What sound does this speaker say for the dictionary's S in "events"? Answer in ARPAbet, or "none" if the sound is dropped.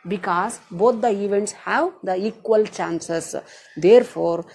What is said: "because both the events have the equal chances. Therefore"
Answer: S